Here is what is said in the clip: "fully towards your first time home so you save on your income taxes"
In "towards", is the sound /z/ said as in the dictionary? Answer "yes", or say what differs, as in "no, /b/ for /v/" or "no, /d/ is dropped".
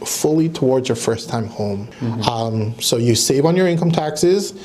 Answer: yes